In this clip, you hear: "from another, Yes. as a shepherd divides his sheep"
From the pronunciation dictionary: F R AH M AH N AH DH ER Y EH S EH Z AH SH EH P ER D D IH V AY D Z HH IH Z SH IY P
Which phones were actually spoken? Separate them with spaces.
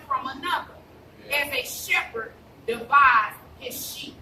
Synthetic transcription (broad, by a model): F R AH M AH N AH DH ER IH Z AH SH EH P ER D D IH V AY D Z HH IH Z SH IY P